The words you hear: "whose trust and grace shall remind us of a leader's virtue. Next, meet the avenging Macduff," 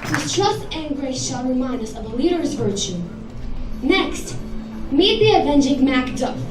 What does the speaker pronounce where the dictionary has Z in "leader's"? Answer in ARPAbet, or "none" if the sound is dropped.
Z